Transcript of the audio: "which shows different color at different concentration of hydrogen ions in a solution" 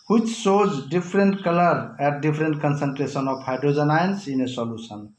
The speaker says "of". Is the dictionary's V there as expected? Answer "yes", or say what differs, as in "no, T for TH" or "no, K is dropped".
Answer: no, P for V